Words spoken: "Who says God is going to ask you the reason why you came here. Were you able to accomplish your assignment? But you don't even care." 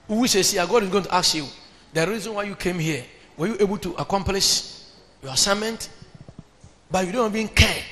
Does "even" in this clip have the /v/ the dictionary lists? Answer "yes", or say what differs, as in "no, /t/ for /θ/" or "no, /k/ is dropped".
no, /b/ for /v/